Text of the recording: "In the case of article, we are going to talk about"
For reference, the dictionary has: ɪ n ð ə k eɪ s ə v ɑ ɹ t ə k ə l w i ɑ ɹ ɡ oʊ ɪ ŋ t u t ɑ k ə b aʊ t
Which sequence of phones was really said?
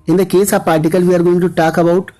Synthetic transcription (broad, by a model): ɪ n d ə k eɪ s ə p ɑ ɹ t ə k ə l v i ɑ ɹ ɡ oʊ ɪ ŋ t u t ɑ k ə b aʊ t